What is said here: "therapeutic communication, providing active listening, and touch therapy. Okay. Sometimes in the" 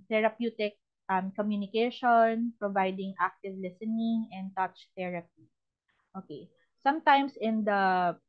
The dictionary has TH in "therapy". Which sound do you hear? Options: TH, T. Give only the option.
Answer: T